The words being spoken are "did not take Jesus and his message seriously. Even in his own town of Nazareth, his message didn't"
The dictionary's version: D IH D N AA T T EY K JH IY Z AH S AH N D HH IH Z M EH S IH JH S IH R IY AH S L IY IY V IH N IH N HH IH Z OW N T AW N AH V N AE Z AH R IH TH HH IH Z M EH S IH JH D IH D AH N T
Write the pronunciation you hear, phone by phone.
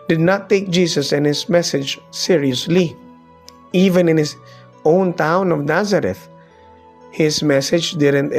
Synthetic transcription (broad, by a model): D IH D N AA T T EY K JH IY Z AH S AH N HH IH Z M EH S IH JH S IH R IY AH S L IY IY V IH N IH N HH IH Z OW N T AW N AH V N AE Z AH R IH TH HH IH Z M EH S IH JH D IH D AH N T